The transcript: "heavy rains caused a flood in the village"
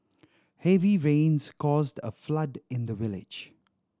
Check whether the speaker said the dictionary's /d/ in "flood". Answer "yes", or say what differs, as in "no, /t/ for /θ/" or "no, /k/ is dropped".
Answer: yes